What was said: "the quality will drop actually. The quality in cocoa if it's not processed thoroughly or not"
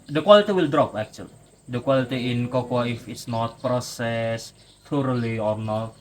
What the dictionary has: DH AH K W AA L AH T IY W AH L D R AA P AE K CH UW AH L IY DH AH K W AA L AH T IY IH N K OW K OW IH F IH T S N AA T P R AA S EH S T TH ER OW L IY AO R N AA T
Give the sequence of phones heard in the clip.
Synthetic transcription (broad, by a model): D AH K W AA L AH T IY W AH L D R AA P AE K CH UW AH L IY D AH K W AA L AH T IY IH N K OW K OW IH F IH T S N AA T P R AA S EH S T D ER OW L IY AO R N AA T